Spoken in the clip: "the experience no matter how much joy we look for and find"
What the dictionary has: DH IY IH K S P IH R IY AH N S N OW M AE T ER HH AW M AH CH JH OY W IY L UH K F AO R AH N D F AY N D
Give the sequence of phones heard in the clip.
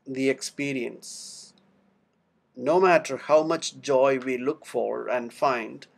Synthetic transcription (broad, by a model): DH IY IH K S P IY R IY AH N S N OW M AE T ER HH AW M AH CH JH OY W IY L UH K F AO R AH N D F AY N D